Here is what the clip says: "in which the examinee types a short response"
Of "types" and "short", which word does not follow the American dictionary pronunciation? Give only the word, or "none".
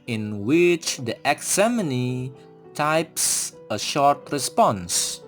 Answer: none